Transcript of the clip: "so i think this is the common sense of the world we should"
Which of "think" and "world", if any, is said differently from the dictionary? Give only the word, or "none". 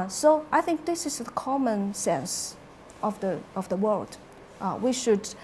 none